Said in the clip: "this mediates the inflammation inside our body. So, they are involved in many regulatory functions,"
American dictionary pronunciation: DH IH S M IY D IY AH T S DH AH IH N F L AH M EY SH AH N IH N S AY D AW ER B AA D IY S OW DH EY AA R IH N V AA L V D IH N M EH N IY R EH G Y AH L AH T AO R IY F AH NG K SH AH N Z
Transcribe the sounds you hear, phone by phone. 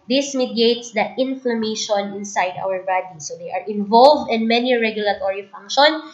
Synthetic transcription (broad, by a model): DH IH S M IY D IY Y T S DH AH IH N F L AH M EY SH AH N IH N S AY D AW ER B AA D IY S OW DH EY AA R IH N V AA L V D IH N M EH N IY R EH G Y AH L AH T AO R IY F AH NG K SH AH N